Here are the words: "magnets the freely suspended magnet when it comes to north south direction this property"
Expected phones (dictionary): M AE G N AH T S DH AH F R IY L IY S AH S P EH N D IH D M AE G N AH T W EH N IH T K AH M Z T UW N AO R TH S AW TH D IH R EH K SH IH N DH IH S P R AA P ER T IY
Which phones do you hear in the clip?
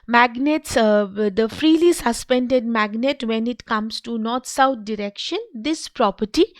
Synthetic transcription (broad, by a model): M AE G N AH T S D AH F R IY L IY S AH S P EH N D IH D M AE G N AH T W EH N IH T K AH M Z T UW N AO R T S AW T D IH R EH K SH IH N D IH S P R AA P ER T IY